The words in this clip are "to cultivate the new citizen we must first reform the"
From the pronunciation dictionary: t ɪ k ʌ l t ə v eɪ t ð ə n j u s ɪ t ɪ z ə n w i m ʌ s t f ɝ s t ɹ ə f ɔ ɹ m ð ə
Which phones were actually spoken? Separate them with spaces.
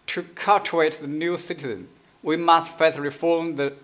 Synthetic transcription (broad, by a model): t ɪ k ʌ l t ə eɪ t ð ə n j u s ɪ t ɪ z ə n w i m ʌ s t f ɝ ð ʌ ɹ ə f ɔ ɹ m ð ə